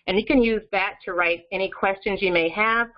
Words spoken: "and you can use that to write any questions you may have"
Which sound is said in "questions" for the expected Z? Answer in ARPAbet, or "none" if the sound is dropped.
Z